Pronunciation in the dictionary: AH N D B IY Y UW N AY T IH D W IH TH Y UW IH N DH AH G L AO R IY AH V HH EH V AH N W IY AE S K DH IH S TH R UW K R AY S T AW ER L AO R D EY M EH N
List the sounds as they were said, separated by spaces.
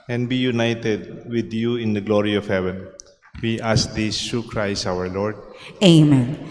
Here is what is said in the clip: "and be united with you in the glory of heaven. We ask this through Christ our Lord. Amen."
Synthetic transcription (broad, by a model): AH N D B IY Y UW N AY T IH D W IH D Y UW IH N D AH G L AO R IY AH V HH EH V AH N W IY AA S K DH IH S T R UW K R AY S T AW ER L AO R D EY M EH N